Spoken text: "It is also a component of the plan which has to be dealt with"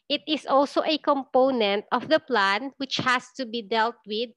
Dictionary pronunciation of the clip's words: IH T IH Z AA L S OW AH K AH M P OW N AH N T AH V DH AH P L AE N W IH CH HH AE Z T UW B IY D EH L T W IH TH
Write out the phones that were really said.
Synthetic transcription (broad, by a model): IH T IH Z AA L S OW AH K AH M P OW N AH N T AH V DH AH P L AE N W IH CH HH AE S T UW B IY D EH L T W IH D